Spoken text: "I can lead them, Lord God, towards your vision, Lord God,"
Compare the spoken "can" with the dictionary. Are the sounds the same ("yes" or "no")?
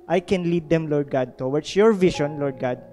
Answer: yes